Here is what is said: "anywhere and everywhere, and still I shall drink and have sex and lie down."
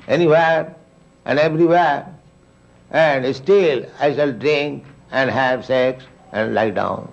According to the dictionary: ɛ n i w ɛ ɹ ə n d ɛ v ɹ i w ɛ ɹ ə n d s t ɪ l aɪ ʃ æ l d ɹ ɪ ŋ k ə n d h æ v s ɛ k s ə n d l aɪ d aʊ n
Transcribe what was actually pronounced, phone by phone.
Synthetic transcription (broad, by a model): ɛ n i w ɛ ɹ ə n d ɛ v ɹ i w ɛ ɹ ə n d s t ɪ l aɪ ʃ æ l d ɹ ɪ ŋ k ə n d h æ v s ɛ k s ə n d l aɪ d aʊ n